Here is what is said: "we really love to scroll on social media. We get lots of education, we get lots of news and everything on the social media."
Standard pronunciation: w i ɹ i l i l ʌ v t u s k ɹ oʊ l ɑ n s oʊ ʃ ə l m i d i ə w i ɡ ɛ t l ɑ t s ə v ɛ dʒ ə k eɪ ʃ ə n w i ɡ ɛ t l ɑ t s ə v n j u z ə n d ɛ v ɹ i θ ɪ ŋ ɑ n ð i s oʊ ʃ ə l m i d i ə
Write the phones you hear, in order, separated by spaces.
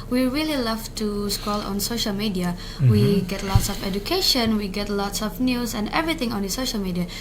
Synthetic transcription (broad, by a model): w i ɹ i l i l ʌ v t u s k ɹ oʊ l ɑ n s oʊ ʃ ə l m i d i ə w i ɡ ɛ t l ɑ t s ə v ɛ dʒ ə k eɪ ʃ ə n w i ɡ ɛ t l ɑ t s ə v n j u s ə n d ɛ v ɹ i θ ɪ ŋ ɑ n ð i s oʊ ʃ ə l m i d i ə